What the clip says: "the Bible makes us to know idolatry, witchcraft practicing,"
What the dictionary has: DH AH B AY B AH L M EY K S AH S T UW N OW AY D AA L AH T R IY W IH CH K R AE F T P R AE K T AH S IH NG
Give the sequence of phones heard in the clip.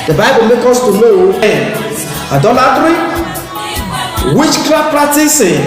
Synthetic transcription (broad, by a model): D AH B AY B AH L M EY K AO S T UW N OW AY D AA L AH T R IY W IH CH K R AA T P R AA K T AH S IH